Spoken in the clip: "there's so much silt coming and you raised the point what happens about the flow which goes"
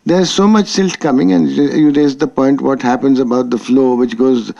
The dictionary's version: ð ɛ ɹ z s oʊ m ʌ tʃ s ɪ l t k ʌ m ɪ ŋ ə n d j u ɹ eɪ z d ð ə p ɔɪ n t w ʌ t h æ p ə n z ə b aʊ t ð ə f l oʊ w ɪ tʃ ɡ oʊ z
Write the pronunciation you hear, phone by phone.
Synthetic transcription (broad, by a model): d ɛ ɹ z s oʊ m ʌ tʃ s ɪ l t k ʌ m ɪ ŋ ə n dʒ j u ɹ eɪ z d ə p ɔɪ n t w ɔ t h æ p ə n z ə b aʊ t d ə f l oʊ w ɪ tʃ ɡ oʊ z